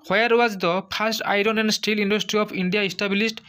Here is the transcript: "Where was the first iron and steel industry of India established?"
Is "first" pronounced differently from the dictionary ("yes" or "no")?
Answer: yes